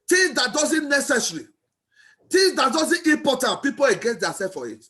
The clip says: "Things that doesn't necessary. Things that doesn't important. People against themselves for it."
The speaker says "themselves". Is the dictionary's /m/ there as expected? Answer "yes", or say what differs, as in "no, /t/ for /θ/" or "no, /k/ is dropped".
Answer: no, /m/ is dropped